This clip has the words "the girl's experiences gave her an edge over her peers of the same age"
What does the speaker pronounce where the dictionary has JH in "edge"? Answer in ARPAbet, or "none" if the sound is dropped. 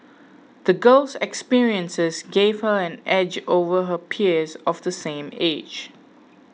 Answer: JH